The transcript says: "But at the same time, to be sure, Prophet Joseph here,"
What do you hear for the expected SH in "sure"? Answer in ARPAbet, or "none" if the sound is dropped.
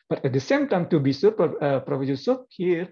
S